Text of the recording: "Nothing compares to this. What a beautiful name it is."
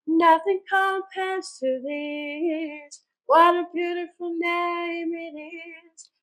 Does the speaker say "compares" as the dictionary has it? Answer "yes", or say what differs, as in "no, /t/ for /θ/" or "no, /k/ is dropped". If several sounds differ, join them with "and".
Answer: no, /m/ is dropped